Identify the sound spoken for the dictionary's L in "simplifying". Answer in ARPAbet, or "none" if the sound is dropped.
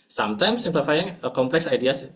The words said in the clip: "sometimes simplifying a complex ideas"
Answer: none